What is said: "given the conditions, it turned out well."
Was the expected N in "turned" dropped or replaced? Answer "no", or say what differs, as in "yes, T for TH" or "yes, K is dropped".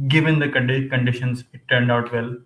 no